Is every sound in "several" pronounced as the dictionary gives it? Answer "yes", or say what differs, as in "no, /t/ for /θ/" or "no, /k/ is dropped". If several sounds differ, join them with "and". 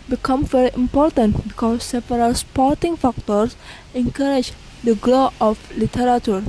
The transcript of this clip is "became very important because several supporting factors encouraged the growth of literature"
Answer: no, /p/ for /v/